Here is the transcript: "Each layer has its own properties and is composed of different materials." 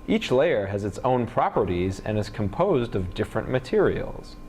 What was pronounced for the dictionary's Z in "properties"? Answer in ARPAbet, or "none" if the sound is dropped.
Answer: Z